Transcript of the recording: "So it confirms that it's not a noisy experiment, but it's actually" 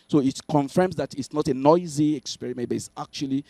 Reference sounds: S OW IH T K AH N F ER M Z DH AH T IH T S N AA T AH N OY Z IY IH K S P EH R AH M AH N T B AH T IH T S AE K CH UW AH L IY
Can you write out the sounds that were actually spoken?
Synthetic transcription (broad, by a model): S OW IH T K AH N F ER M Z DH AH T IH T S N AA T AH N OY Z IY IH K S P EH R AH M AH N T B AH T IH T S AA K CH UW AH L IY